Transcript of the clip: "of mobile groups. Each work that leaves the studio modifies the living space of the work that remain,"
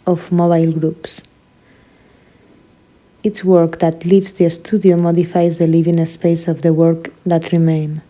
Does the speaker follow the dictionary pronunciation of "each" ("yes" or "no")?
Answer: no